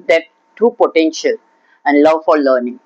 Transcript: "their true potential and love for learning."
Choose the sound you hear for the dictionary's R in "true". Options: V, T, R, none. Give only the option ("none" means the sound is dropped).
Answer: none